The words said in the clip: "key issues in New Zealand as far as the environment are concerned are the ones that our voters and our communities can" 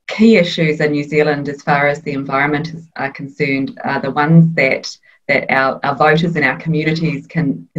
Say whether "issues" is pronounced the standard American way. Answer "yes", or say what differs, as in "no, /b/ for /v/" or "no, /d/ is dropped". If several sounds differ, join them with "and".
yes